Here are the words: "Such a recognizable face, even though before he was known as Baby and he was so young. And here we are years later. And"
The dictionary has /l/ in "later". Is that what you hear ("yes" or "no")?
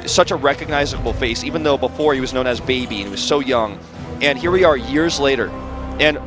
yes